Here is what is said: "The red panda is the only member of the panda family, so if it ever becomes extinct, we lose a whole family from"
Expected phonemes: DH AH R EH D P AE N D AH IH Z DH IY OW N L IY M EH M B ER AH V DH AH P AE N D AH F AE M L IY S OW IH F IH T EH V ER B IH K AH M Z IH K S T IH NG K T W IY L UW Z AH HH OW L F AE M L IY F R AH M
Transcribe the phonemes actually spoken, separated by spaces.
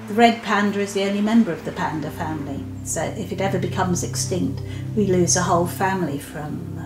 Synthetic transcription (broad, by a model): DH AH R EH D P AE N D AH IH Z DH IY OW N L IY M EH M B ER AH V DH AH P AE N D AH F AE M L IY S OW IH F IH T EH V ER B IH K AH M Z IH K S T IH NG K T W IY L UW Z AH HH OW L F AE M L IY F R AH M